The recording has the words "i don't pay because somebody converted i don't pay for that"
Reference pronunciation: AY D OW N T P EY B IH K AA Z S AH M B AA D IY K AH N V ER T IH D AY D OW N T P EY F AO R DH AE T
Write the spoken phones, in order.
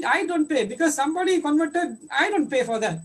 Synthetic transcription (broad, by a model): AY D OW N T P EY B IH K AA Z S AH M B AA D IY K AH N V ER T IH D AY D OW N T P EY F AO R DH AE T